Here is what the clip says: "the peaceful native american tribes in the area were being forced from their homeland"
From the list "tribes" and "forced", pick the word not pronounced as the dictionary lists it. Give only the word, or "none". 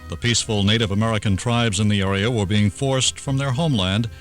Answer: none